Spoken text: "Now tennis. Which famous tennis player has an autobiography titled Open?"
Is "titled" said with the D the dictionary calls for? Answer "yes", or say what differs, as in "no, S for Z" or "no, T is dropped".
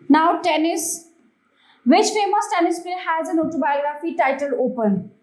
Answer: no, D is dropped